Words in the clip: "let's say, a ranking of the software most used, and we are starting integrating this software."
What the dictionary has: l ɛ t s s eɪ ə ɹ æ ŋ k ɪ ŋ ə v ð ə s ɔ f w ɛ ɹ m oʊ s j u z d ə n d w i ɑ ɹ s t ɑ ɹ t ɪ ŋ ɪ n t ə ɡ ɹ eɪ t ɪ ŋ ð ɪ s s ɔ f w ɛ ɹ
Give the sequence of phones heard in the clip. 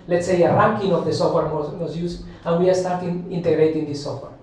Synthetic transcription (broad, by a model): l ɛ t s s eɪ ə ɹ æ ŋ k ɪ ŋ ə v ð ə s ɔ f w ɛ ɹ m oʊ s j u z ə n w i ɑ ɹ s t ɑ ɹ t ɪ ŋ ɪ n t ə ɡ ɹ eɪ t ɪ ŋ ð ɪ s s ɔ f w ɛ ɹ